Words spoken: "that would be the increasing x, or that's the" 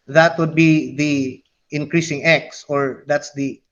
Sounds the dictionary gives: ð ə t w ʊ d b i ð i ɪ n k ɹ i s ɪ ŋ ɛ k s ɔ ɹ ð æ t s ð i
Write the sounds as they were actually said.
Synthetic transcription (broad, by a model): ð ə t w ʊ d b i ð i ɪ n k ɹ i s ɪ ŋ ɛ k s ɔ ɹ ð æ t s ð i